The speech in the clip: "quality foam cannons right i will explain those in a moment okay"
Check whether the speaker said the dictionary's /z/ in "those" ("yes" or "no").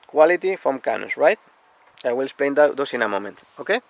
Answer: no